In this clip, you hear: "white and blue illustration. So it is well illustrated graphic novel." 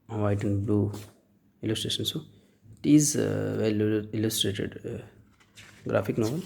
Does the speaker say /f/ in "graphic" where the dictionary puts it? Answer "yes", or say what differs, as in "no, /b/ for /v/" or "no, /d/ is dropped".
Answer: no, /p/ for /f/